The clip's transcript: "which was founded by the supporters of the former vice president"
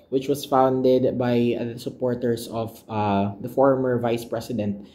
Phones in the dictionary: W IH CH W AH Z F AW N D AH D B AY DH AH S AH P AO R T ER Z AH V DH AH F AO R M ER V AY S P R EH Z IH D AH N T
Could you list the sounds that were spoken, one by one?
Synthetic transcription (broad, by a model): W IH CH W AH S F AW N D AH D B AY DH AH S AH P AO R T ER S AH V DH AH F AO R M ER V AY S P R EH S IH D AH N T